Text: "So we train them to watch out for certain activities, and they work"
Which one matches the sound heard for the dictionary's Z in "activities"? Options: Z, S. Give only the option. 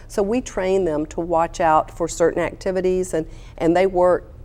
Z